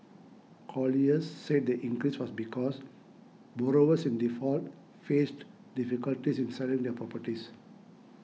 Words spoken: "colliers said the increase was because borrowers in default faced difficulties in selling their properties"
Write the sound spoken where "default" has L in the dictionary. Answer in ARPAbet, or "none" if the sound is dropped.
L